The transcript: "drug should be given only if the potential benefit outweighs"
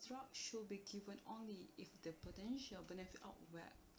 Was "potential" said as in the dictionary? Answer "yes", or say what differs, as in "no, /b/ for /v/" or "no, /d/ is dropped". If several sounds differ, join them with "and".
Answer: yes